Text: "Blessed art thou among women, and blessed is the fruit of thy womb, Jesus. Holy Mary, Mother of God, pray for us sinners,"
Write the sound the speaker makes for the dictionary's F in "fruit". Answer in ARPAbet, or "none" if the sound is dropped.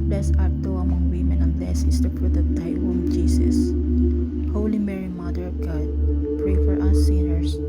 P